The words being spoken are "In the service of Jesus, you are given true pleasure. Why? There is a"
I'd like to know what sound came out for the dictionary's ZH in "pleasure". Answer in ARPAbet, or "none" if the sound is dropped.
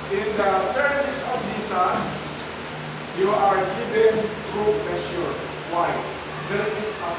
S